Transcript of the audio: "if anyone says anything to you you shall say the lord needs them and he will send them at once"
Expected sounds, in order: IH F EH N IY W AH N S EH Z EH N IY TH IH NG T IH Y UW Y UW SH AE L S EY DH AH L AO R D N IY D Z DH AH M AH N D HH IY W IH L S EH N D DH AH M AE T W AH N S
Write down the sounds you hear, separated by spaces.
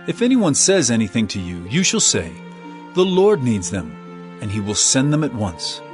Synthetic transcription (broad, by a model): IH F EH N IY W AH N S EH Z EH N IY TH IH NG T IH Y UW Y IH SH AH L S EY DH AH L AO R D N IY D Z DH AH M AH N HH IY W IH L S EH N DH AH M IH T W AH N S